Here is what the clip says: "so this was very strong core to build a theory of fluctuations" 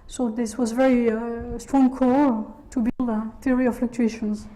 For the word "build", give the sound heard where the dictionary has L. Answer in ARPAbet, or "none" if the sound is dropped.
L